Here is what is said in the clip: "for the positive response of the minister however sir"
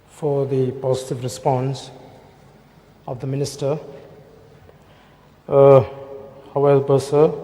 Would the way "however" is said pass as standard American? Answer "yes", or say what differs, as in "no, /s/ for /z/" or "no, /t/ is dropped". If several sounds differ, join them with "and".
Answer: no, /b/ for /v/